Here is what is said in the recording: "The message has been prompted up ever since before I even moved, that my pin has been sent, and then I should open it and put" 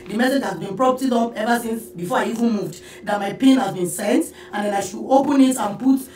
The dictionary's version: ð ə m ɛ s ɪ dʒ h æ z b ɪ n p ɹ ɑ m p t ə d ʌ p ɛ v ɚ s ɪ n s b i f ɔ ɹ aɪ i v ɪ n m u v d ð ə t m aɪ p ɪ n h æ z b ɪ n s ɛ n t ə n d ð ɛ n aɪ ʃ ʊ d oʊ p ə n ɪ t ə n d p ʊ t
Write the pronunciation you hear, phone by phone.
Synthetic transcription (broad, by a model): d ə m ɛ s ɪ dʒ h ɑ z b ɪ n p ɹ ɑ p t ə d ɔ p ɛ v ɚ s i n s b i f ɔ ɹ aɪ i v ɪ n m u v d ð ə t m aɪ p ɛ n h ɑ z b ɪ n s ɛ n t ə n d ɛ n aɪ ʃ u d oʊ p ə n ɪ t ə n p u t